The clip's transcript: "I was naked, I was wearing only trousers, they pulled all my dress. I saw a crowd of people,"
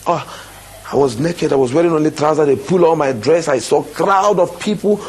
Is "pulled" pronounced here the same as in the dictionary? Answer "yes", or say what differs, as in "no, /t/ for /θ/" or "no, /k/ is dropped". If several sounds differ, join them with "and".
no, /d/ is dropped